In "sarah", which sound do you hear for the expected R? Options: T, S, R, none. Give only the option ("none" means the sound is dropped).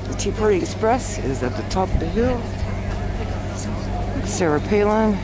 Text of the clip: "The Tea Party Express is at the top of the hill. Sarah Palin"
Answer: R